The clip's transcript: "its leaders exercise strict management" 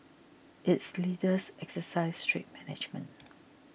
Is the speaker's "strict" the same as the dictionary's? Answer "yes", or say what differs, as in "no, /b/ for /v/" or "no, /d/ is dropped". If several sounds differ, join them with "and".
no, /k/ is dropped